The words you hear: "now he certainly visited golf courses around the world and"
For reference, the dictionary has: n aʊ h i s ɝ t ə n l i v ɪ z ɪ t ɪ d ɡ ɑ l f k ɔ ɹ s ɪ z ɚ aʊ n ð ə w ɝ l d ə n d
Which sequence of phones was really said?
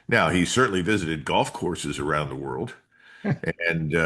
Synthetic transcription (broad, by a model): n aʊ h i s ɝ t n l i v ɪ z ɪ t ɪ d ɡ ɑ l f k ɔ ɹ s ɪ z ɚ aʊ n ð ə w ɝ l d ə n